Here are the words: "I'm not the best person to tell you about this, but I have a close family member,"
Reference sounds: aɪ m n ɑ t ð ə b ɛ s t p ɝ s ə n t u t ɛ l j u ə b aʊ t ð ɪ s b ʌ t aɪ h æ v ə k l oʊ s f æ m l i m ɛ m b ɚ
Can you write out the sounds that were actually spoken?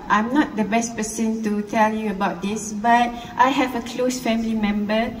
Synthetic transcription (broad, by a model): aɪ m n ɑ t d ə b ɛ s t p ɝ s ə n t u t ɛ l j u ə b aʊ t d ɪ s b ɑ t aɪ h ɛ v ə k l oʊ s f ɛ m l i m ɛ m b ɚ